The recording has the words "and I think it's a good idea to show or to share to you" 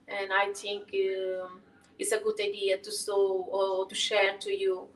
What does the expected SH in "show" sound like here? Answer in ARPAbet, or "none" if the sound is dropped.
S